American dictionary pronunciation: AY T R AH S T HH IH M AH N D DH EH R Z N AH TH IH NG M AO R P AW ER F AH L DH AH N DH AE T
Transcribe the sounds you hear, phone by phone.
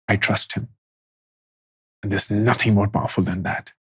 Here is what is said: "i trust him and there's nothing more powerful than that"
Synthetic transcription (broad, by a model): AY T R AH S T HH IH M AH N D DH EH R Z N AH TH IH NG M AO R P AW ER F AH L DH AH N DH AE T